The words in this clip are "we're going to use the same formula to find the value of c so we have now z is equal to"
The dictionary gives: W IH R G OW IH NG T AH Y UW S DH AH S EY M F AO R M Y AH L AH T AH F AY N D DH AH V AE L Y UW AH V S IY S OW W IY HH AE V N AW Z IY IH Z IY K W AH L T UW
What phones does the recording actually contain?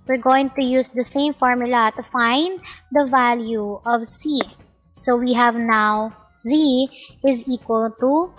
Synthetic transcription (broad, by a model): W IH R G OW IH NG T AH Y UW S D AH S EY M F AO R M Y AH L AH T AH F AY N D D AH V AE L Y UW AH V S IY S OW W IY HH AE V N AW Z IY IH Z IY K W AH L T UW